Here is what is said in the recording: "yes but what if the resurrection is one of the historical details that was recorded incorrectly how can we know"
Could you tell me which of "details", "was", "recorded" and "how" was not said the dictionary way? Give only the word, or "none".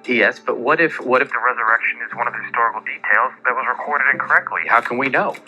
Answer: none